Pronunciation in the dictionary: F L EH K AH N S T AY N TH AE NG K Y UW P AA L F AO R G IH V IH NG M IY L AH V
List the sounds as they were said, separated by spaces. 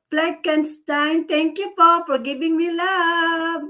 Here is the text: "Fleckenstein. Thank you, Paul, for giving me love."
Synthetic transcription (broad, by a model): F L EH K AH N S T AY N T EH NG K Y UW F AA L F AO R G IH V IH NG M IY L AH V